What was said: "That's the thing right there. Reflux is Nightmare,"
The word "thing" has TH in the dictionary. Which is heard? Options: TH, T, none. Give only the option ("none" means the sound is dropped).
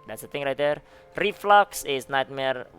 T